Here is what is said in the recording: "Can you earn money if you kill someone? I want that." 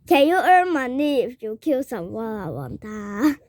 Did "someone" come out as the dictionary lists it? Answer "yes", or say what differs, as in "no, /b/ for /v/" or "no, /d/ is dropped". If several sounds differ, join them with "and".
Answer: no, /n/ is dropped